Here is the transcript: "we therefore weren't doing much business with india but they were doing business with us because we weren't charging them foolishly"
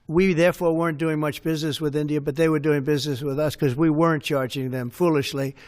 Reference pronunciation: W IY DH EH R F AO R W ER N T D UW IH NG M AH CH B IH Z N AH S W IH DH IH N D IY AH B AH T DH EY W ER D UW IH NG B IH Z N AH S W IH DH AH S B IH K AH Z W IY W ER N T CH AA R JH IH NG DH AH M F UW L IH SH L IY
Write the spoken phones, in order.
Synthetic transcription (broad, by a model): W IY DH EH R F AO R W ER N D UW IH NG M AH CH B IH Z N AH S W IH DH IH N D IY AH B AH T DH EY W ER D UW IH NG B IH Z N AH S W IH DH AH S K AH Z W IY W ER N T CH AA R JH IH NG DH AH M F UW L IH SH L IY